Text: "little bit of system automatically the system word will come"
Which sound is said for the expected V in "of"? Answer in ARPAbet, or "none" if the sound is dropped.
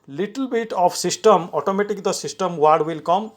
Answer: P